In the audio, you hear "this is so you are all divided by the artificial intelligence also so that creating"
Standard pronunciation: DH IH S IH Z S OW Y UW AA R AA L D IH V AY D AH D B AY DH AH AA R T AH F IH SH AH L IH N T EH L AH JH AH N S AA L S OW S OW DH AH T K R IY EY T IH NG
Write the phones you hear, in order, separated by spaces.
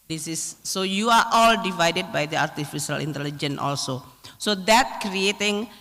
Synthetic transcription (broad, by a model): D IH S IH S OW Y UW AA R AA L D IH V AY D AH D B AY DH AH AA R T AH F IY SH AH L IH N T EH L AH JH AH N AA L S OW S OW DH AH T K R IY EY T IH NG